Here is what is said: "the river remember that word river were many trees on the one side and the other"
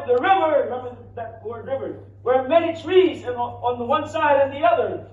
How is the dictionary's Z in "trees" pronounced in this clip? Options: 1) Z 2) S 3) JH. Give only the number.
1